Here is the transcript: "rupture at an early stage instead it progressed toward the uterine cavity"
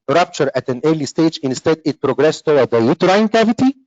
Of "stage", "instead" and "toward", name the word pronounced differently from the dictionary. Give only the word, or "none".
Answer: toward